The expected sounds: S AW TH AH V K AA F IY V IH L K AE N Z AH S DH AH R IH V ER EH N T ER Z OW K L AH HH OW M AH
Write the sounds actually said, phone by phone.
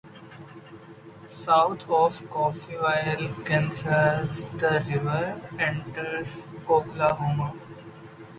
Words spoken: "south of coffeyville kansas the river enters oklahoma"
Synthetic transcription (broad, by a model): S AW T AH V K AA F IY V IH L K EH N S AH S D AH R IH V ER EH N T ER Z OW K L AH HH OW M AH